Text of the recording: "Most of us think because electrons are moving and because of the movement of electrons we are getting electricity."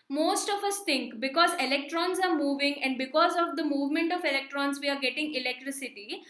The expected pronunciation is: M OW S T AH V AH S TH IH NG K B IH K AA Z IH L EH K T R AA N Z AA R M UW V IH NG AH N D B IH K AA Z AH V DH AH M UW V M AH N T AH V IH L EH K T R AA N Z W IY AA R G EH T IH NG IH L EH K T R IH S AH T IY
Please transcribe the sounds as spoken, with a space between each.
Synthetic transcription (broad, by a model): M OW S T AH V AH S T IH NG K B IH K AA Z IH L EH K T R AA N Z AA R M UW V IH NG AH N D B IH K AA Z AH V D AH M UW V M AH N T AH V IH L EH K T R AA N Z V IY AA R G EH T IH NG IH L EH K T R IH S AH T IY